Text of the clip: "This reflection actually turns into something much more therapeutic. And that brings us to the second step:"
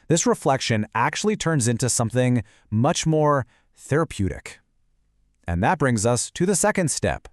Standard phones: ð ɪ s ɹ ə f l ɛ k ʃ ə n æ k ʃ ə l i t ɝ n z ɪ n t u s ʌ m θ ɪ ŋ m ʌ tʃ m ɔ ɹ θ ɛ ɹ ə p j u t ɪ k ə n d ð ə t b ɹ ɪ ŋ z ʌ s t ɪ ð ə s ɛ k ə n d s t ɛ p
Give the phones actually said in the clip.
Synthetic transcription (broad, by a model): ð ɪ s ɹ ə f l ɛ k ʃ ə n æ k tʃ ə l i t ɝ n z ɪ n t u s ʌ m θ ɪ ŋ m ʌ tʃ m ɔ ɹ θ ɛ ɹ ə p j u t ɪ k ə n ð ə t b ɹ ɪ ŋ z ʌ s t ɪ ð ə s ɛ k ə n d s t ɛ p